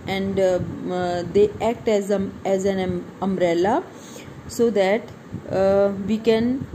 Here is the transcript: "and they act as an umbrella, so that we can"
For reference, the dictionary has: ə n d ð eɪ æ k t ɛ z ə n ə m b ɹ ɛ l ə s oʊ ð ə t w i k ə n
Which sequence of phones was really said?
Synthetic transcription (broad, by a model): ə n d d eɪ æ k t ɛ z ə n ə m ɹ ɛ l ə s oʊ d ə t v i k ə n